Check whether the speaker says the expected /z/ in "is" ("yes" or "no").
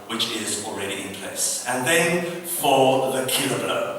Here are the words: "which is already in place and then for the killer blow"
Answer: yes